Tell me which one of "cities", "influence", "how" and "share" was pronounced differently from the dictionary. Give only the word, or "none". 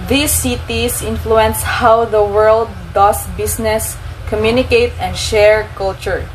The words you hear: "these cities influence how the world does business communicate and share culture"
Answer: cities